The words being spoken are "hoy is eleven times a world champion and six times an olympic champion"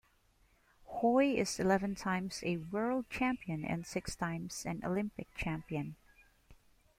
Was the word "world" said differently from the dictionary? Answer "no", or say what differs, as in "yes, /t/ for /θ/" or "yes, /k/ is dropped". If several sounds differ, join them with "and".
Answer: no